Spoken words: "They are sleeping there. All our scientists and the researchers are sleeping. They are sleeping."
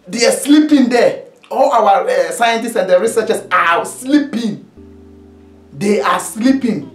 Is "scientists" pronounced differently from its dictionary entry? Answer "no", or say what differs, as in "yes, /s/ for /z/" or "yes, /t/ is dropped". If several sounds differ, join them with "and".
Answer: no